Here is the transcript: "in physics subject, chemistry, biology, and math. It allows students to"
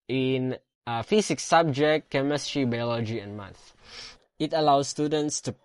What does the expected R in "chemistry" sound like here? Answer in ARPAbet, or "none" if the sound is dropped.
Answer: R